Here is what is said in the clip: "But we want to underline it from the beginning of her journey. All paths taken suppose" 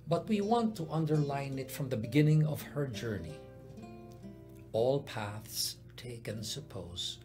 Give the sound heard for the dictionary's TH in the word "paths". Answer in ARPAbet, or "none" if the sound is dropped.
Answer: TH